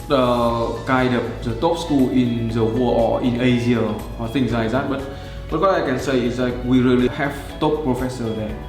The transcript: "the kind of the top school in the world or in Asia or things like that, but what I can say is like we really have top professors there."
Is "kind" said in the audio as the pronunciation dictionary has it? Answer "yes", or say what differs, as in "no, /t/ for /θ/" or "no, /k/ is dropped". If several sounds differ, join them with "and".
no, /n/ is dropped